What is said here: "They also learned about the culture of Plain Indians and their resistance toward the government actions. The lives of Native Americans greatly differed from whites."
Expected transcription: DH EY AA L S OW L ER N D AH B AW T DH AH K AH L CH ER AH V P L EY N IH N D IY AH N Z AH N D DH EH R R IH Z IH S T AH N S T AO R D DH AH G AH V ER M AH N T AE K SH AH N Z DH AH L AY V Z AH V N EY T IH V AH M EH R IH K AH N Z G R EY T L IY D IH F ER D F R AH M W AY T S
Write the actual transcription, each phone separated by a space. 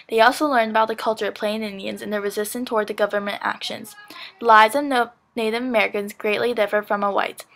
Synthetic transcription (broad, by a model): DH EY AA L S OW L ER N D AH B AW T DH AH K AH L CH ER AH V P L EY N IH N D IY AH N Z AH N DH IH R R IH Z IH S T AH N T AO R D DH AH G AH V ER M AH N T AE K SH AH N Z DH AH L AY Z AH V N EY T IH V AH M EH R IH K AH N Z G R EY T L IY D IH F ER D F R AH M W AY T